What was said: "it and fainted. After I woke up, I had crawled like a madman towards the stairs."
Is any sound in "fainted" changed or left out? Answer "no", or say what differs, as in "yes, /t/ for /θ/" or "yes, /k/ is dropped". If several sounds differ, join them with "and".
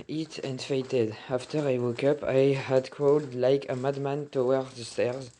yes, /n/ is dropped